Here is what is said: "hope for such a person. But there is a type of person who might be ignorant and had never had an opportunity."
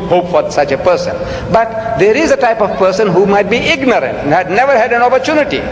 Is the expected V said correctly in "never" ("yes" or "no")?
yes